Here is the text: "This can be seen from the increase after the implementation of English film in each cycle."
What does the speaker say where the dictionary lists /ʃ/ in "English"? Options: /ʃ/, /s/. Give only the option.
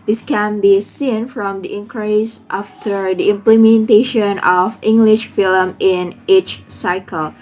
/ʃ/